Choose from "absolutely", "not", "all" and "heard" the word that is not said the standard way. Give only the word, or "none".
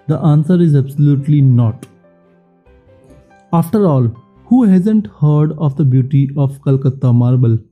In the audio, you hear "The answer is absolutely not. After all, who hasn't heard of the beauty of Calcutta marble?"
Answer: none